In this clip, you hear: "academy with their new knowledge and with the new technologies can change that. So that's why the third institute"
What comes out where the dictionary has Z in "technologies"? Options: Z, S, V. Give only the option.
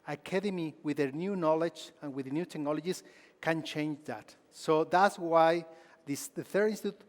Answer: S